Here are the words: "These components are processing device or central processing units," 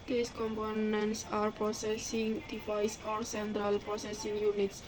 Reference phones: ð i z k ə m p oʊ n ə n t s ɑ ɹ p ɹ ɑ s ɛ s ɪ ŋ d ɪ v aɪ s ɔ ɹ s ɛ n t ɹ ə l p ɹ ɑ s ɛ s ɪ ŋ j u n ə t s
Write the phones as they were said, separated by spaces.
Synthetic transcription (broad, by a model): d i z k ə m p oʊ n ə n t s ɑ ɹ p ɹ ɑ s ɛ s ɪ ŋ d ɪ f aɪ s ɔ ɹ s ɛ n t ɹ ə l p ɹ ɑ s ɛ s ɪ ŋ j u n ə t s